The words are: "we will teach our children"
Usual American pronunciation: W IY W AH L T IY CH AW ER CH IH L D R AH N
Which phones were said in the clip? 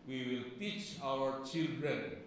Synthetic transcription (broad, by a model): W IY W AH L T IY CH AW ER CH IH L D R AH N